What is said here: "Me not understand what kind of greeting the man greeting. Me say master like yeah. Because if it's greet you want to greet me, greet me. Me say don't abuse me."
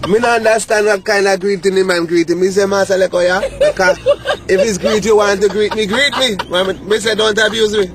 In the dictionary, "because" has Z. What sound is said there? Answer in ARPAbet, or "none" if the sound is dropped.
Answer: none